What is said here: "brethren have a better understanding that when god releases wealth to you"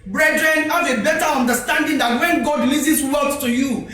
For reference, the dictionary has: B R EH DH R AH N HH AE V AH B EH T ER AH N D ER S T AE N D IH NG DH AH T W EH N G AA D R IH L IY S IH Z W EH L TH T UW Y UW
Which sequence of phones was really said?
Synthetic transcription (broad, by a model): B R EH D R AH N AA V AH B EH T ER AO N D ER S T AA N D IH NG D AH T W EH N G AA D L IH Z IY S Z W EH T T UW Y UW